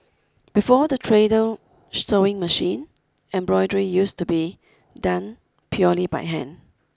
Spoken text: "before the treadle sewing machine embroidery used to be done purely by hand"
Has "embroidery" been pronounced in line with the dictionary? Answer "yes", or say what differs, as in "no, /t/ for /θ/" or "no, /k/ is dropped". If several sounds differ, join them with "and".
yes